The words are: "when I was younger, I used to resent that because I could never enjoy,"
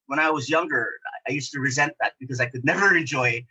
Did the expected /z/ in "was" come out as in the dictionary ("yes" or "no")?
yes